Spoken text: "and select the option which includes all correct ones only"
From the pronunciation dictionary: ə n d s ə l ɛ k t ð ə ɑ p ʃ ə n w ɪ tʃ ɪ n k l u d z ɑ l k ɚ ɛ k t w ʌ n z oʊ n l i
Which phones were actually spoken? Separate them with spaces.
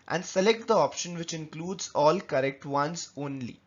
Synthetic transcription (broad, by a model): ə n d s ə l ɛ k t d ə ɑ p ʃ ə n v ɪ tʃ ɪ n k l u d z ɑ l k ɚ ɛ k t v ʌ n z oʊ n l i